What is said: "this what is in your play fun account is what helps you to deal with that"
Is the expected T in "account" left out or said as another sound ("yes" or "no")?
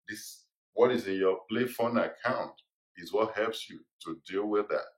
no